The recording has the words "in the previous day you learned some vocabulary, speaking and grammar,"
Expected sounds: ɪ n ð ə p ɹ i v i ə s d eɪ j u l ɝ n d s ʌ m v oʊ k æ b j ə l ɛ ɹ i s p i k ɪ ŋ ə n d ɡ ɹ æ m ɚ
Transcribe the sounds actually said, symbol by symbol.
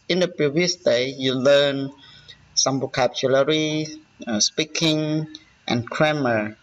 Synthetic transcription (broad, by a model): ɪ n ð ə p ɹ i v i ə s d eɪ j u l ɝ n s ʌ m b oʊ k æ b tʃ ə l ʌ ɹ i s p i k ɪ ŋ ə n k ɹ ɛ m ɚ